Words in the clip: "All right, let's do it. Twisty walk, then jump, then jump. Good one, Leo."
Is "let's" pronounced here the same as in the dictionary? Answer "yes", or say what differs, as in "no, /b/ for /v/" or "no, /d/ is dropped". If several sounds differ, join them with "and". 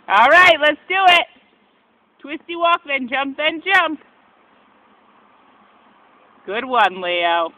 yes